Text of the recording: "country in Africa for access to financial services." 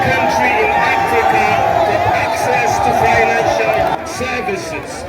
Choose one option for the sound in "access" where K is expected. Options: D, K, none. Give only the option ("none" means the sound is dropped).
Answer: K